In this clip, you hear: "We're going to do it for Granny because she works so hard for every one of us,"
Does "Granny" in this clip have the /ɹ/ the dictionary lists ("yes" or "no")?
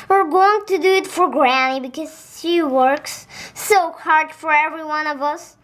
yes